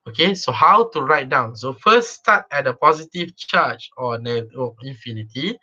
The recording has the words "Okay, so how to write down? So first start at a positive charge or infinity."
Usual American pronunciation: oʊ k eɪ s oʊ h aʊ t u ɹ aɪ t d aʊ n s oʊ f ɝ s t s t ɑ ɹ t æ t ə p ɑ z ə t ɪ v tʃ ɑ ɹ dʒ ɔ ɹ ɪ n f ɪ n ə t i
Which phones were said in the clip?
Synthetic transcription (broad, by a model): oʊ k eɪ s oʊ h aʊ t u ɹ aɪ t d aʊ n s oʊ f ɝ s s t ɑ t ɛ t ə p ɑ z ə t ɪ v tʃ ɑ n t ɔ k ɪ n f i n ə t i